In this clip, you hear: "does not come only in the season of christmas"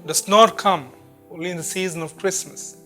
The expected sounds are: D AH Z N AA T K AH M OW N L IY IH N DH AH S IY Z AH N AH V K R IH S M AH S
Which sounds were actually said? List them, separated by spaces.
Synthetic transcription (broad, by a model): D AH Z N AA T K AH M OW L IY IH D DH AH S IY Z AH N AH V K R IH S M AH S